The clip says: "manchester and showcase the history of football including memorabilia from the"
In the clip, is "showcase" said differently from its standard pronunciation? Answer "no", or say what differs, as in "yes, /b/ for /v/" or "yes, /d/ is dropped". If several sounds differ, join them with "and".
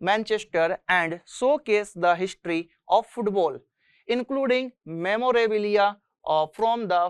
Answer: yes, /s/ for /ʃ/